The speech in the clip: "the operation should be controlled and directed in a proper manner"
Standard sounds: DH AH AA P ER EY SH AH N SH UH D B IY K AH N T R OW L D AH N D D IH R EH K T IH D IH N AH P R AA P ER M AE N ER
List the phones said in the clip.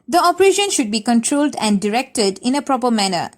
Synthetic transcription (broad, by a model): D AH AA P ER EY SH AH N SH UH D B IY K AH N T R OW L D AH N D D IH R EH K T IH D IH N AH P R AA P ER M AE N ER